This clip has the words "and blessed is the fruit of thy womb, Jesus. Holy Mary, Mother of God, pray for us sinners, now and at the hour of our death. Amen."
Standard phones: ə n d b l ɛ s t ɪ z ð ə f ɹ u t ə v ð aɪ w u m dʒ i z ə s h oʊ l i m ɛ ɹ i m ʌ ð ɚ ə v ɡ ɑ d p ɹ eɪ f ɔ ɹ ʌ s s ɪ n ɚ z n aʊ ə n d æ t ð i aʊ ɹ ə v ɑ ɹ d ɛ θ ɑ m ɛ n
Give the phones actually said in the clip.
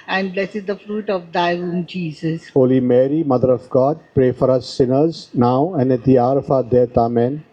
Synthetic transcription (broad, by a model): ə n d b l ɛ s ɪ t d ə f ɹ u t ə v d aɪ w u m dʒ i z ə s h oʊ l i m ɛ ɹ i m ʌ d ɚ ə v ɡ ɑ d p ɹ eɪ f ɔ ɹ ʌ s s ɪ n ɚ z n aʊ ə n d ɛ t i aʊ ɹ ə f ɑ d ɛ t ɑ m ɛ n